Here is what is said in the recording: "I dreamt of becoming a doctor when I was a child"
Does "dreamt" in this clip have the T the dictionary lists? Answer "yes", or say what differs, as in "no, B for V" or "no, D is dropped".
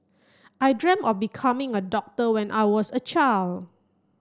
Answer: no, T is dropped